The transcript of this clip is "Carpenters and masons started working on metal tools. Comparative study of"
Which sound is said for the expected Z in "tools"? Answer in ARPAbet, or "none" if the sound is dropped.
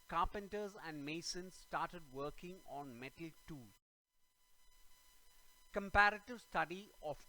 none